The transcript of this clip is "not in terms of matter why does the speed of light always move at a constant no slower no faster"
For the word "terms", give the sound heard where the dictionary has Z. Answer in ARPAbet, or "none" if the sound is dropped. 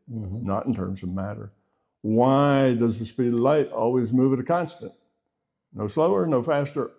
Z